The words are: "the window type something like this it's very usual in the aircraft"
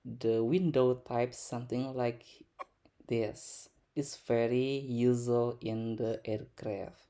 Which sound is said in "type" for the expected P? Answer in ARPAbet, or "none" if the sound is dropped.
P